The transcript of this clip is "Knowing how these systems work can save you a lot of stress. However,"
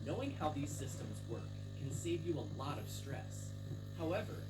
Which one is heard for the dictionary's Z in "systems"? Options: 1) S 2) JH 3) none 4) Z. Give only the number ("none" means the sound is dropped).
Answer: 4